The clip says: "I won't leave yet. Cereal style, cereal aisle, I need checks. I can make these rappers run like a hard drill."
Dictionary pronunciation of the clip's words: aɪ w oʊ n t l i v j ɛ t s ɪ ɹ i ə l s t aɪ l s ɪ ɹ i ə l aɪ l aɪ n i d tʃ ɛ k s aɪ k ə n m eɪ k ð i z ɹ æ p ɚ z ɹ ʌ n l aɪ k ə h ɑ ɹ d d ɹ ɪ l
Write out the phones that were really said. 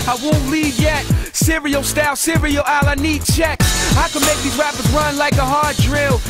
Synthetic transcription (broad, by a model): aɪ w oʊ n t l i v j ɛ t s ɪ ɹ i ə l s t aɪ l s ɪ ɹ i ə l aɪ l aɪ n i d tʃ ɛ k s aɪ k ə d m eɪ k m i ɹ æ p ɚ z ɹ ʌ n l aɪ k ə h ɑ ɹ d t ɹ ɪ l